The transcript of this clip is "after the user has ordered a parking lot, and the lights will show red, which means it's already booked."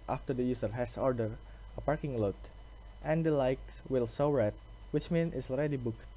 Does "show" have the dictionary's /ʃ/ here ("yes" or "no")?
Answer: no